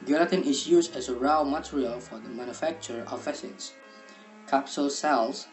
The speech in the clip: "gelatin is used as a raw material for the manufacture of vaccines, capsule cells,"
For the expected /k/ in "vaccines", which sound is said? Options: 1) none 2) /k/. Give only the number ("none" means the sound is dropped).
1